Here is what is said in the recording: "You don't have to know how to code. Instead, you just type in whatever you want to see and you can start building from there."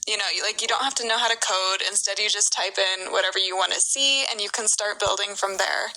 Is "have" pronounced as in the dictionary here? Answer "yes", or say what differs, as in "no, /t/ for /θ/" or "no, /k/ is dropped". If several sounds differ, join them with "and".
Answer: no, /f/ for /v/